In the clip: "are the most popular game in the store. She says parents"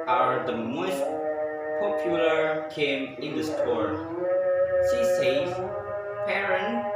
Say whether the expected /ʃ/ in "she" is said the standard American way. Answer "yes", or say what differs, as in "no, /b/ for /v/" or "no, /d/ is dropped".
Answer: no, /s/ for /ʃ/